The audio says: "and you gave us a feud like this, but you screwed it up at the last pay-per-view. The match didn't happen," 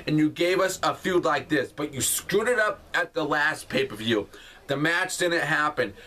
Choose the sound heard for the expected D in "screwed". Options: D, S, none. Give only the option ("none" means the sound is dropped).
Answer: D